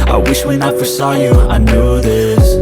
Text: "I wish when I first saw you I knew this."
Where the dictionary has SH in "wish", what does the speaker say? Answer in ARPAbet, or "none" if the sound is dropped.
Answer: SH